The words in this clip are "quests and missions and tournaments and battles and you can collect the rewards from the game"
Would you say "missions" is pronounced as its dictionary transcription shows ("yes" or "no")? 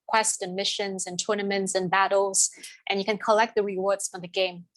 yes